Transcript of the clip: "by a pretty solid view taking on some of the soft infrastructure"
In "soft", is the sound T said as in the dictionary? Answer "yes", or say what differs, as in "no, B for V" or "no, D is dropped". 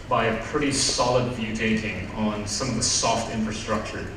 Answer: yes